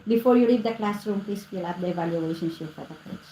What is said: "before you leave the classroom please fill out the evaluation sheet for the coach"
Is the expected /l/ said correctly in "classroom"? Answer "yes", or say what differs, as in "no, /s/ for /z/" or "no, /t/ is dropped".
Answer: yes